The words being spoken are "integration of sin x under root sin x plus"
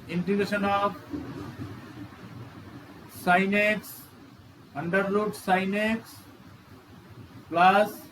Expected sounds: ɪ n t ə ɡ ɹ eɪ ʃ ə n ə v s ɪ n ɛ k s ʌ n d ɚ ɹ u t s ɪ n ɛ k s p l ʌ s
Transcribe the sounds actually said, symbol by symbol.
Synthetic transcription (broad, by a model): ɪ n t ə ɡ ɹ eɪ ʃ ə n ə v s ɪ n ɛ k s ʌ n d ɚ l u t s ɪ n ɛ k s p l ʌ s